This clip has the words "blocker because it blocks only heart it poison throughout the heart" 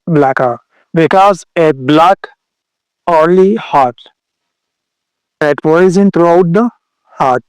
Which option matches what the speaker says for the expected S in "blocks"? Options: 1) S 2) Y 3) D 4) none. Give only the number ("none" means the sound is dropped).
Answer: 4